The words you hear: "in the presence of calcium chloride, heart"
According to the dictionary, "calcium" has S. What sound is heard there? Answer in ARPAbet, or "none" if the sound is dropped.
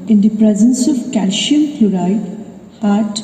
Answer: SH